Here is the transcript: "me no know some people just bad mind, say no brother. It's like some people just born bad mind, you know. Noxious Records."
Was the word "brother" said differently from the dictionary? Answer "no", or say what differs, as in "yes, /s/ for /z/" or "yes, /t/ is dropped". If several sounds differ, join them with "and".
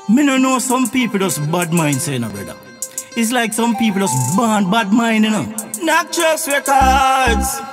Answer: yes, /ɹ/ is dropped